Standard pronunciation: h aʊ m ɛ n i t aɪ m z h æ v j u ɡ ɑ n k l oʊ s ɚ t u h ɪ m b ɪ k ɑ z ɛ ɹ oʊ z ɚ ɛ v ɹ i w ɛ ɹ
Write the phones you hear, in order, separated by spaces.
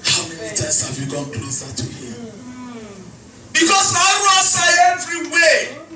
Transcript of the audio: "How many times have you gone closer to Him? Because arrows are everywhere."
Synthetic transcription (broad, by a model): h aʊ m ɛ n i t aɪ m s h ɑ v j u ɡ ɑ n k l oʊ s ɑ t u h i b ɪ k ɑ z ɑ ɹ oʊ s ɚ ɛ v ɹ i w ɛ